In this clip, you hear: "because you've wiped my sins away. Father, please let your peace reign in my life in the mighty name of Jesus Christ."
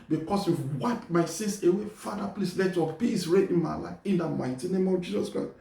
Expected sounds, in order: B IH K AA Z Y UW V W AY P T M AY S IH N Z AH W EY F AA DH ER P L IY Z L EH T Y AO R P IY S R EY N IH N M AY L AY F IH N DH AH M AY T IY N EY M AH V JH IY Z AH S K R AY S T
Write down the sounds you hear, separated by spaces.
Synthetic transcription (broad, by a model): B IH K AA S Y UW W AY P M AY S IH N S AH W EY F AA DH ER P L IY S L EH T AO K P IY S R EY IH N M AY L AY IH N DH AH M AY T IY N EY M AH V JH IY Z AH S K R AY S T